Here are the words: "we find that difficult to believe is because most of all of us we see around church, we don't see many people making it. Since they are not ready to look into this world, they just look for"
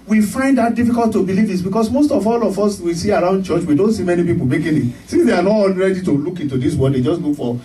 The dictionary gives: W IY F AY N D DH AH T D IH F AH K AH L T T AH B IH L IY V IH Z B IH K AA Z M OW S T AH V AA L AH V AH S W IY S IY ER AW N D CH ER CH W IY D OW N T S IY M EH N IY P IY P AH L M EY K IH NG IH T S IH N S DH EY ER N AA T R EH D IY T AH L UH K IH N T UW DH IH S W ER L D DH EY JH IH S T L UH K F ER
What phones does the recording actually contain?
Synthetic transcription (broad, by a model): W IY F AY N D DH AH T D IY F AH K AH L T T AH B IH L IY V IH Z B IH K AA S M OW S T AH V AA L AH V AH S W IY S IY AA AW N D CH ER CH W IY D OW N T S IY M EH N IY P IY P AH L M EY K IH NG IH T S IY N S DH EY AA N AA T R EH D IY T AH L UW K IH N T UW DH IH S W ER D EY JH IH S T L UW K F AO